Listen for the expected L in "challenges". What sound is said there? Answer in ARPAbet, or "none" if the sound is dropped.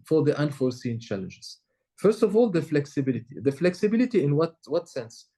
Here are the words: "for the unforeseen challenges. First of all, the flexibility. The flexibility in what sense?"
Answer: L